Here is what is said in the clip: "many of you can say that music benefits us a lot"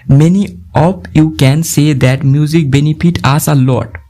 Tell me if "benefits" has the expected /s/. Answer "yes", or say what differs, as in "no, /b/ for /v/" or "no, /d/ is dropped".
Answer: no, /s/ is dropped